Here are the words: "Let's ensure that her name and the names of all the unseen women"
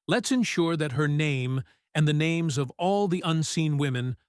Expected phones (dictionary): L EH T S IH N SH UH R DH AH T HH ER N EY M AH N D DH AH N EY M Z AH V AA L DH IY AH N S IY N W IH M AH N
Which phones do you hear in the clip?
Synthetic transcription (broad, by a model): L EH T S IH N SH UH R DH AH T HH ER N EY M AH N DH AH N EY M Z AH V AA L DH IY AH N S IY N W IH M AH N